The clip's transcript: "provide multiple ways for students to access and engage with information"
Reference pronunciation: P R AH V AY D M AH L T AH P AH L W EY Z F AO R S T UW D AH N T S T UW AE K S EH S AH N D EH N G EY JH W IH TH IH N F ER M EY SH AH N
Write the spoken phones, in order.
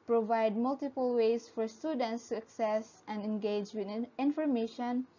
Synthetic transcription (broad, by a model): P R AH V AY D M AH L T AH P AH L W EY S F AO R S T UW D AH N T S T UW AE K S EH S AH N D EH N G EY JH W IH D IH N F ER M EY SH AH N